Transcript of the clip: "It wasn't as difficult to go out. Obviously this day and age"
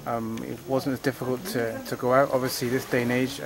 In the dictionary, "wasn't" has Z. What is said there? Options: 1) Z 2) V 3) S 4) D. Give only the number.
1